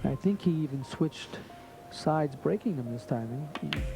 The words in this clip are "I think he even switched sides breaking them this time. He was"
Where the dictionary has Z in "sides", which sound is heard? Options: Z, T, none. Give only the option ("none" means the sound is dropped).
Z